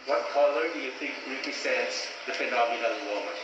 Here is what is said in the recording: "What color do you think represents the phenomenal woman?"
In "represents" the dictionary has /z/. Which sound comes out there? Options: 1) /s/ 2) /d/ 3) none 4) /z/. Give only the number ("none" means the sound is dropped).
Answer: 1